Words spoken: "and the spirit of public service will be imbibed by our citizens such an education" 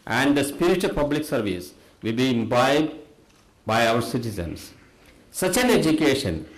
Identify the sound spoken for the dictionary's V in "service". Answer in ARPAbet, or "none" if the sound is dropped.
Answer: V